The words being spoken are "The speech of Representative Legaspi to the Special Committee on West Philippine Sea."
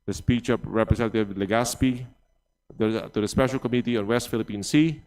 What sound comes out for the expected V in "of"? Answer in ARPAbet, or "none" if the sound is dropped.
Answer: P